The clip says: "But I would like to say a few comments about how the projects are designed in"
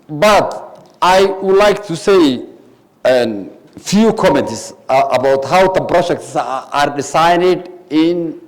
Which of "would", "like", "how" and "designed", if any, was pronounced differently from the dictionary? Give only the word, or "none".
designed